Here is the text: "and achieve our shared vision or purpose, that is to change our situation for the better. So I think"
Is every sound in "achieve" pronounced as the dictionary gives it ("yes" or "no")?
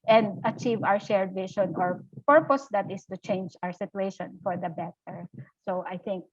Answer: yes